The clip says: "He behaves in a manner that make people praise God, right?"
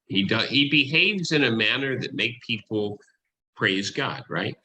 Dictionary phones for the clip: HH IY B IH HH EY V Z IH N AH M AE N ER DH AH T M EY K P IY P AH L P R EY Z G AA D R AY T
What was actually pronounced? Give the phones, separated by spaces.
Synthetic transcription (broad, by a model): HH IY B IH HH EY V Z IH N AH M AE N ER DH AH T M EY K P IY P L P R EY Z G AA D R AY T